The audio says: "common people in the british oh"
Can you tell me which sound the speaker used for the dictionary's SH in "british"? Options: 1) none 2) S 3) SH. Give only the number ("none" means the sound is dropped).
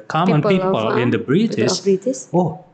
2